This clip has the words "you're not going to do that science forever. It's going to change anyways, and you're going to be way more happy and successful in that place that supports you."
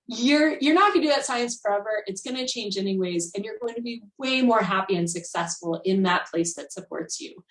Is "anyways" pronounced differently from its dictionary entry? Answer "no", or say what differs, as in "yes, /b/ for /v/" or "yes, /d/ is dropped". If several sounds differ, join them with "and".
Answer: no